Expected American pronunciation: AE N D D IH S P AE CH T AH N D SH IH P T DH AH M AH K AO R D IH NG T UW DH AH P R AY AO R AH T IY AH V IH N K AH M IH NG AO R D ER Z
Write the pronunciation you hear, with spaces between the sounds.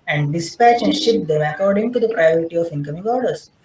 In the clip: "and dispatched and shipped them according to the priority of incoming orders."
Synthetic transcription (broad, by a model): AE N D D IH S P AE CH AH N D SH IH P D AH M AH K AO R D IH NG T UW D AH P R AY AO R AH T IY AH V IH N K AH M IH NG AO R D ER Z